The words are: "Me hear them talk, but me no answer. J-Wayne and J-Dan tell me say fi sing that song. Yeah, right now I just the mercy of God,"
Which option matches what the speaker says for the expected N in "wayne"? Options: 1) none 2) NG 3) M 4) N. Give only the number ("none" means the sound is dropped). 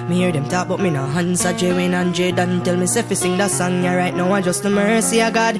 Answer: 4